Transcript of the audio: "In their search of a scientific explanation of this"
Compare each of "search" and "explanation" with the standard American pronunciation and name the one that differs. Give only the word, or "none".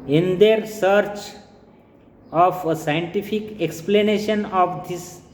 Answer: none